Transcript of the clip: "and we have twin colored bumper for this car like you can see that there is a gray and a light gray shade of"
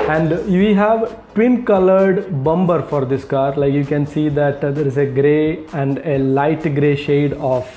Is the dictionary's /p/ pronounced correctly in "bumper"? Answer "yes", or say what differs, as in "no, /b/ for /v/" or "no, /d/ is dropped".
no, /b/ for /p/